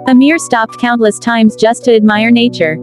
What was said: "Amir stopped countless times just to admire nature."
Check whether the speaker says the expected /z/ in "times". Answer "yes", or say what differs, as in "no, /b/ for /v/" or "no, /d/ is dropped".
yes